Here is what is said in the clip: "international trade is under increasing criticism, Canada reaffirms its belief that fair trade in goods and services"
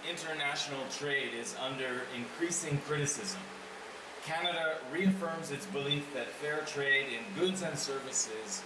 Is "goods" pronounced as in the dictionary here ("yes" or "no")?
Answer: yes